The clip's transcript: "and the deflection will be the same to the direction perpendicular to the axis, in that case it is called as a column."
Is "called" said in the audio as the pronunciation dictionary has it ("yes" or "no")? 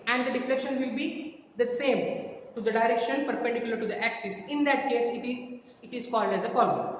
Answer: yes